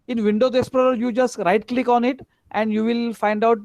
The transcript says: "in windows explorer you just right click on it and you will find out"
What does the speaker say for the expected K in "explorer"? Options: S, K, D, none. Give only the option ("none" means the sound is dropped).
none